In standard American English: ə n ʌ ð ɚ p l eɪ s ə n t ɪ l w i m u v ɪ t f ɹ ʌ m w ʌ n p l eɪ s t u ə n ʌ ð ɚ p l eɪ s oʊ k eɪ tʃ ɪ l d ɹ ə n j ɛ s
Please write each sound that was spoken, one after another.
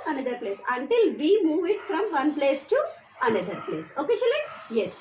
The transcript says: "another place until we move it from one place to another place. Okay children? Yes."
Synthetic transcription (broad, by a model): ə n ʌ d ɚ p l eɪ s ə n t ɪ l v i m u v ɪ t f ɹ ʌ m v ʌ n p l eɪ s t u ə n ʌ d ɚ p l eɪ s oʊ k eɪ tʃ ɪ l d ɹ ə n j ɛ s